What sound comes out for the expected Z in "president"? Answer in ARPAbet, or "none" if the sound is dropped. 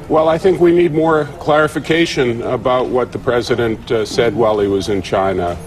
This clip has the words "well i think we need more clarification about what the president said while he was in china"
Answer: Z